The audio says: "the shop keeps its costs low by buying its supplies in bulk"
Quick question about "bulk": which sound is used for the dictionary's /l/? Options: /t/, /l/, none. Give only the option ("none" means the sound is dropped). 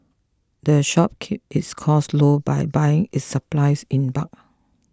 none